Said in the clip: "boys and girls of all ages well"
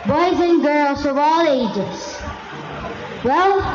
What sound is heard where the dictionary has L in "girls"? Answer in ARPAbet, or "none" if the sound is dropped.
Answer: L